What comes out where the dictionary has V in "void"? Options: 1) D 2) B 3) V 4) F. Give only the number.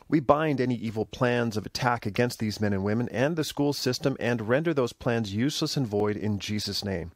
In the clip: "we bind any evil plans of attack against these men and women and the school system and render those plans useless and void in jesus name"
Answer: 3